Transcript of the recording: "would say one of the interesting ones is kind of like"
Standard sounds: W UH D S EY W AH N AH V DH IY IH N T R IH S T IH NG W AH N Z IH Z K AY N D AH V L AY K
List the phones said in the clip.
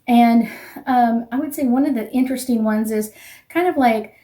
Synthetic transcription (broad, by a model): W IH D S EY W AH N AH V DH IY IH N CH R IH S T IH NG W AH N Z IH Z K AY N D AH V L AY K